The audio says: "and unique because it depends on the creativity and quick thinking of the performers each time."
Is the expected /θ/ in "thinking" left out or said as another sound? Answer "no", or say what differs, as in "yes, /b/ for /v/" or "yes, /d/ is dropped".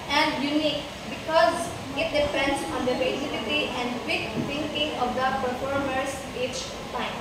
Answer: yes, /t/ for /θ/